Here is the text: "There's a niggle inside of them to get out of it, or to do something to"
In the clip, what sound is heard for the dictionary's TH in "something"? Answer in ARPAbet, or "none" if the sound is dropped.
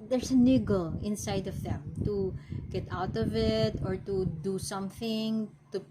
TH